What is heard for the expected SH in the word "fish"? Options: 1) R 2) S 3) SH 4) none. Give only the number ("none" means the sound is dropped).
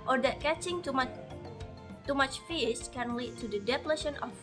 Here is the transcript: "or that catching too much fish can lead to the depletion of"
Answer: 2